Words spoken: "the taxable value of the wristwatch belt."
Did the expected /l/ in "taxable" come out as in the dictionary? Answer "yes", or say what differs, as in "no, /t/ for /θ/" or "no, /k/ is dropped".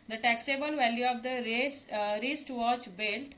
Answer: yes